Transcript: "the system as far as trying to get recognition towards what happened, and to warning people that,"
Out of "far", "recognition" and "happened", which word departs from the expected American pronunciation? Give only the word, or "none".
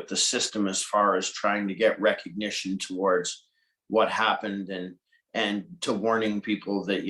none